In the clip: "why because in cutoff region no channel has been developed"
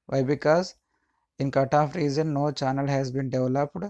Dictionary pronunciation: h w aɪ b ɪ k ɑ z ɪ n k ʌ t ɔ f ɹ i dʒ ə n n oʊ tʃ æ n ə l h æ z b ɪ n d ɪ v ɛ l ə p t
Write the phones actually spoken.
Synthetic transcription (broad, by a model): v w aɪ b ɪ k ɑ z ɪ n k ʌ t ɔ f ɹ i z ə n n oʊ tʃ æ n ə l h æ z b ɪ n d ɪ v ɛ l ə p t